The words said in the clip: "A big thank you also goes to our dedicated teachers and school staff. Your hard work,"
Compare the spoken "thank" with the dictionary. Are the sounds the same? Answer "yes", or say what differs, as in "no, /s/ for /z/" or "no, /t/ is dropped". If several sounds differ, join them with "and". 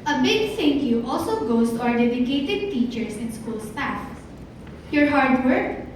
no, /s/ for /θ/